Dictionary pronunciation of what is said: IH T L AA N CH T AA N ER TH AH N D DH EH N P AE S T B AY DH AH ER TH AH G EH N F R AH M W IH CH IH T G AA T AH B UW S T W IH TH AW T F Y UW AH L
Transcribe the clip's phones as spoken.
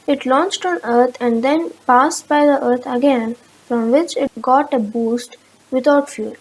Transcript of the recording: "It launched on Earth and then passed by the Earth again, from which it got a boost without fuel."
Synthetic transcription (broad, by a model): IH T L AA N CH T AA N ER T AH N D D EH N P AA S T B AY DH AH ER T AH G EH N F R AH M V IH CH IH T G AA T AH B UW S T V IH T AW T F Y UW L